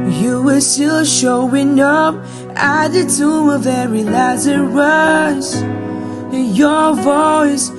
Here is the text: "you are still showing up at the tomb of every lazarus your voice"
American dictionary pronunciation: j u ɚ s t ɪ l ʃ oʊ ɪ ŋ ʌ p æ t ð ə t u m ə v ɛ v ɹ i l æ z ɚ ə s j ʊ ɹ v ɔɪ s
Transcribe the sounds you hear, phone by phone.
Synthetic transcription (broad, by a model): j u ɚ s t ɪ l ʃ oʊ ɪ ŋ ʌ p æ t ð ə t u m ə v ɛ ɹ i l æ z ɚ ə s j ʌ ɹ v ɔɪ s